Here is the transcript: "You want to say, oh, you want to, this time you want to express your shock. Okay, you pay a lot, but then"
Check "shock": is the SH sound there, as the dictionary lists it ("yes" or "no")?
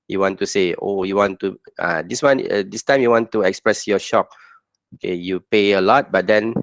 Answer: yes